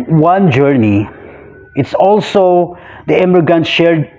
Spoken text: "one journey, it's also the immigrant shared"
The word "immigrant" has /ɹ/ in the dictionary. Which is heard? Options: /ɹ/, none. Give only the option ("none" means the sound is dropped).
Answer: none